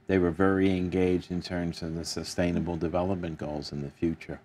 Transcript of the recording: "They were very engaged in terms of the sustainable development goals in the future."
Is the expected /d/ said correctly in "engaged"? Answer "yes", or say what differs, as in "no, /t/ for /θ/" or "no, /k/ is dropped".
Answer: yes